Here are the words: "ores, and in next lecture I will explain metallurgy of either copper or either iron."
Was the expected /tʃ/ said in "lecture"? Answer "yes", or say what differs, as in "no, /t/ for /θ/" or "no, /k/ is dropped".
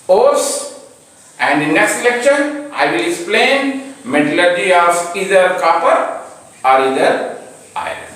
no, /ʃ/ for /tʃ/